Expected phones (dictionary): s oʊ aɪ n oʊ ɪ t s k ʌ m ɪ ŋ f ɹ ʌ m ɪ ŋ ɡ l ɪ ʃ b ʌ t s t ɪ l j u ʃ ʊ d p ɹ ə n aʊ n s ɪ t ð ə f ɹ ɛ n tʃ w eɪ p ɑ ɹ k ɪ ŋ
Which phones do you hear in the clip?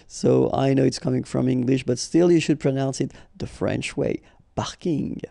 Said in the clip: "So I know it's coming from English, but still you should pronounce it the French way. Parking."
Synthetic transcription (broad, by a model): s oʊ aɪ n oʊ ɪ t s k ʌ m ɪ ŋ f ɹ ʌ m ɪ ŋ ɡ l ɪ ʃ b ʌ t s t ɪ l j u ʃ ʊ d p ɹ ə n aʊ n s ɪ t ð ə f ɹ ɛ n tʃ w eɪ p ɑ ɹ k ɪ ŋ